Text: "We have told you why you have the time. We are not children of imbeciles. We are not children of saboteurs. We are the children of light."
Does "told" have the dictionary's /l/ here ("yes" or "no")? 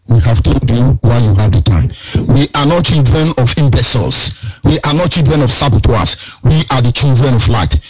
no